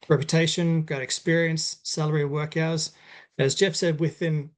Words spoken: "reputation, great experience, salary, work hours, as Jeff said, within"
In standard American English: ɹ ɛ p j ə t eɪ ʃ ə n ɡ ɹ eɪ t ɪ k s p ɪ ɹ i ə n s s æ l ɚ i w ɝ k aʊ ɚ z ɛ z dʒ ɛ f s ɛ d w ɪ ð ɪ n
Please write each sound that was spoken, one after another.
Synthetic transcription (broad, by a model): ɹ ɛ p j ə t eɪ ʃ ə n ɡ ɑ t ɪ k s p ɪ ɹ i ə n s s æ l ɚ i w ɝ k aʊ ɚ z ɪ z dʒ ɛ f s ɛ d w ɪ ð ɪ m